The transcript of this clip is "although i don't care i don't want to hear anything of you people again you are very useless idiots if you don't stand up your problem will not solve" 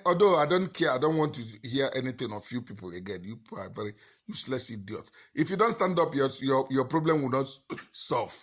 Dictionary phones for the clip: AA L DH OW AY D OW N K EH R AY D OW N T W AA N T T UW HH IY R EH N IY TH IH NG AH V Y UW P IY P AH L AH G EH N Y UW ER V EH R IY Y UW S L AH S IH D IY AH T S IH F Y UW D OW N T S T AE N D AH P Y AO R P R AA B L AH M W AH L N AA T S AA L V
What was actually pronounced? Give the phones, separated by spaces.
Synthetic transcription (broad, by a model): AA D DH OW AY D OW N K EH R AY D OW N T W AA N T T UW HH IY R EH N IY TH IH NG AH F Y UW P IY P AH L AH G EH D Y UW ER V EH R IY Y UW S L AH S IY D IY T IH F Y UW D OW N T S T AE N D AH P Y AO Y P R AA B L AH M W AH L N AA T S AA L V